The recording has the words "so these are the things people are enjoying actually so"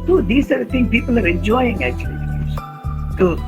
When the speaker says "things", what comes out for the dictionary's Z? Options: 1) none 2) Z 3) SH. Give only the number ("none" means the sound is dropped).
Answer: 1